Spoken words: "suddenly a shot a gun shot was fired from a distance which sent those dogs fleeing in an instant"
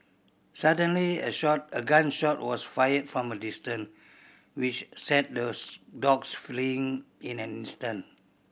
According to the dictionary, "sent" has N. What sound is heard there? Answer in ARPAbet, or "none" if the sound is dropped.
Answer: none